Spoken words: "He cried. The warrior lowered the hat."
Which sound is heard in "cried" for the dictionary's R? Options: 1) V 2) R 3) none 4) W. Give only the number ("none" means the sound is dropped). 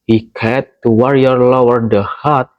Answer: 3